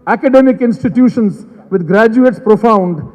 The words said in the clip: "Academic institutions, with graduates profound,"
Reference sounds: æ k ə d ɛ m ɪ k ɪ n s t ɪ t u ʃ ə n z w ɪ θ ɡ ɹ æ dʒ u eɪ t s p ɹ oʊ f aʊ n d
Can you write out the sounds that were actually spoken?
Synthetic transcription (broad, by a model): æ k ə d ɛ m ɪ k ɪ n s t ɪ t u ʃ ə n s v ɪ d ɡ ɹ æ dʒ u eɪ t s p ɹ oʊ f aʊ n d